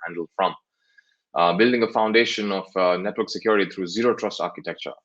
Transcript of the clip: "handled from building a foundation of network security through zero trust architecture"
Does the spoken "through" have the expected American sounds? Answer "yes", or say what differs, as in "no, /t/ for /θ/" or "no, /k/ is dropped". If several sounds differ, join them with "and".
no, /t/ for /θ/